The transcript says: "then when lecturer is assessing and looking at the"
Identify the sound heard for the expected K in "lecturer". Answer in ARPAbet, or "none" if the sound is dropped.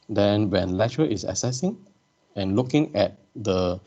none